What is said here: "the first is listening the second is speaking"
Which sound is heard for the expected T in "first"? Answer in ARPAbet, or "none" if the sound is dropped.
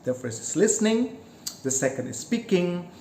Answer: none